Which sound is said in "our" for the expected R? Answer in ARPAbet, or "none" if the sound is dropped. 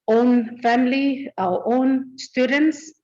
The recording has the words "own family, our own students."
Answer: W